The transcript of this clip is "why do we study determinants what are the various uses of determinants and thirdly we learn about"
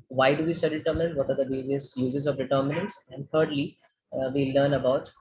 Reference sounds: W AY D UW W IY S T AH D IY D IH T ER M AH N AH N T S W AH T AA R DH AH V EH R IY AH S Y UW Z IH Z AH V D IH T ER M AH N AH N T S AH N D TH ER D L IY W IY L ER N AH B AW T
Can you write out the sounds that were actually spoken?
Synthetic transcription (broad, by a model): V AY D UW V IY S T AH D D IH T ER M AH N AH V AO T AA R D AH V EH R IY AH S Y UW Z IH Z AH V D IH T ER M AH N AH N T S AH N D T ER D L IY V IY L ER N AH B AW T